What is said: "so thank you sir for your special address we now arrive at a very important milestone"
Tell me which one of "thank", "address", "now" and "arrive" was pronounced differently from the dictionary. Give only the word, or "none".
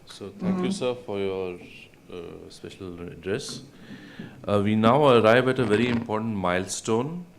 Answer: thank